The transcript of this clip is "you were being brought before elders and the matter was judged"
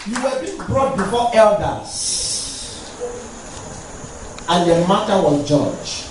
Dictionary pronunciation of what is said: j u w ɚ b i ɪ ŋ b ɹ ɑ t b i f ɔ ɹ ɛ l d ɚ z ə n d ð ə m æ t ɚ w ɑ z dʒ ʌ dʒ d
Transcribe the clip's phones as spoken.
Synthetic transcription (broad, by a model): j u w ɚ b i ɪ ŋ b ɹ ɑ t b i f ɔ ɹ ɛ l d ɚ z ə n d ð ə m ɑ t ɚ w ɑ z dʒ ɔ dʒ